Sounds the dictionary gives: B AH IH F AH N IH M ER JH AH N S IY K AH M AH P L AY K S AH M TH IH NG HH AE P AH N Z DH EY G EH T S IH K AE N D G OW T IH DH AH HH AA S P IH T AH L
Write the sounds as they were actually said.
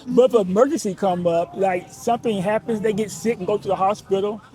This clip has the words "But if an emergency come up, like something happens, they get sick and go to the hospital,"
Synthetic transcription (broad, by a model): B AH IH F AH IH M ER JH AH N S IY K AH M AH P L AY K S AH M TH IH NG HH AE P AH N Z DH EY G EH T S IH K N G OW T IH DH AH HH AA S P IH T L